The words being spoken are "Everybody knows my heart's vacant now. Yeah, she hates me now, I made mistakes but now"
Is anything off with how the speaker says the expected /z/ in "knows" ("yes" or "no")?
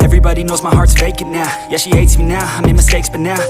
no